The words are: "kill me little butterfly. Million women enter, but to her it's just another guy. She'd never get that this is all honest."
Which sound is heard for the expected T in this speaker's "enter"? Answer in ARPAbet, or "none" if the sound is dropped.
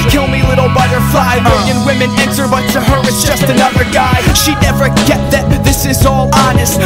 S